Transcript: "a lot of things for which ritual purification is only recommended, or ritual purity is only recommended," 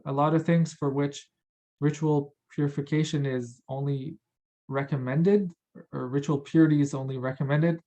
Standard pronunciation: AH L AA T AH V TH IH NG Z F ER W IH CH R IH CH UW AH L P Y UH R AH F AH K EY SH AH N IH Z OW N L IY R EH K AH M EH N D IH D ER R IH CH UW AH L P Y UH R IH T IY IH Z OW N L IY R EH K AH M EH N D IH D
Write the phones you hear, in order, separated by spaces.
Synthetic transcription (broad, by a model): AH L AA T AH V TH IH NG Z F ER W IH CH R IH CH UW L P Y UH R AH F AH K EY SH AH N IH Z OW N L IY R EH K AH M EH N D IH D ER R IH CH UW L P Y UH R IH T IY IH Z OW N L IY R EH K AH M EH N D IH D